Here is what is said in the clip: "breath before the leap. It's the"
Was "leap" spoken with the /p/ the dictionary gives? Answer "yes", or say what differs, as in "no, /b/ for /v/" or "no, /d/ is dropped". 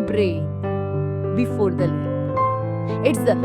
no, /p/ is dropped